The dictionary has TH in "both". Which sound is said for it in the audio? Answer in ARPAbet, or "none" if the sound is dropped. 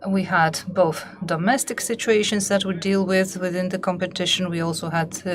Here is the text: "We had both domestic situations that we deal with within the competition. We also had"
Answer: TH